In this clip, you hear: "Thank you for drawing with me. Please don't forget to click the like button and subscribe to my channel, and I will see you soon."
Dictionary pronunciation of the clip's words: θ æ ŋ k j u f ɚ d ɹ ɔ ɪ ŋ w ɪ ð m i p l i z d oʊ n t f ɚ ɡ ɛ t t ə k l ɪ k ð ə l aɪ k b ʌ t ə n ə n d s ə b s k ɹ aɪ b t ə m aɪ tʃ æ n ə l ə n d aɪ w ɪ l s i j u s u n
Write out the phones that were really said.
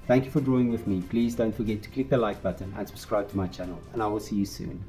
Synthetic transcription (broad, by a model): θ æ ŋ k j u f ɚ d ɹ ɔ ɪ ŋ w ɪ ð m i p l i z d oʊ n t f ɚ ɡ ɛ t t ə k l ɪ k ð ə l aɪ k b ʌ t ə n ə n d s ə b s k ɹ aɪ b t ə m aɪ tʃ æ n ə l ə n aɪ w ɪ l s i j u s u n